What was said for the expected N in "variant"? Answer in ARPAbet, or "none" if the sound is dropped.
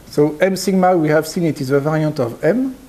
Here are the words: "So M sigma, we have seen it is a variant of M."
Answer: none